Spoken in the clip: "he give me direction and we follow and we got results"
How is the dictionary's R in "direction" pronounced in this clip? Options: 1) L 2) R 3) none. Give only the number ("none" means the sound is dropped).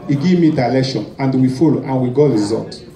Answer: 1